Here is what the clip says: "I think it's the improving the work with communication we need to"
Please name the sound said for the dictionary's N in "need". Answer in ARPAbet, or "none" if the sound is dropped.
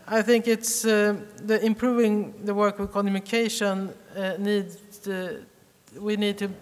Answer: N